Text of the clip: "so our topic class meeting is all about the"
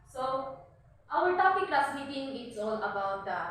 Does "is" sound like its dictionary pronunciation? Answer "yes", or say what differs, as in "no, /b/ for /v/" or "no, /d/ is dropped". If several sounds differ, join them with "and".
no, /s/ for /z/